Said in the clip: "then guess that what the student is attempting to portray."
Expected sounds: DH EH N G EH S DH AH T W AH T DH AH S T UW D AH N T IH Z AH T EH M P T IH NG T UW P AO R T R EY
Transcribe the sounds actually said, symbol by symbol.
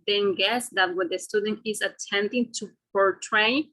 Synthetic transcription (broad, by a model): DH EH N G EH S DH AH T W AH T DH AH S T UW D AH N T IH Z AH T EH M T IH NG T UW P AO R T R EY